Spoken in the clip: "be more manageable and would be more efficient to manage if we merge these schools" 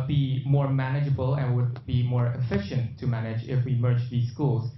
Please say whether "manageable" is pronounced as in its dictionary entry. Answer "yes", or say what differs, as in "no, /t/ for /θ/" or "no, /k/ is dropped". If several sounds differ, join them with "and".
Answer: yes